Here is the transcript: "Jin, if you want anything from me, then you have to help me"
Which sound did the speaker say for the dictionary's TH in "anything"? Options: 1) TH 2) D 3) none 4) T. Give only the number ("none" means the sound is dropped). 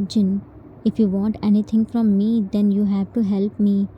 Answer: 4